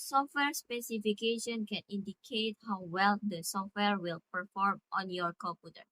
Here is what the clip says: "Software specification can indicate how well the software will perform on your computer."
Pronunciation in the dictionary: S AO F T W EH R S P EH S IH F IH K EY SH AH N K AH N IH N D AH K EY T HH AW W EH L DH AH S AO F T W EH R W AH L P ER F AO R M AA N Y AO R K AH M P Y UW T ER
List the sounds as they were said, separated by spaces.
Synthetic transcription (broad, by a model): S AO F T W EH R S P EH S IH F IH K EY SH AH N K AH N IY N D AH K EY T HH AW W EH L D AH S AO F T W EH R W AH L P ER F AO R M AA N Y AO R K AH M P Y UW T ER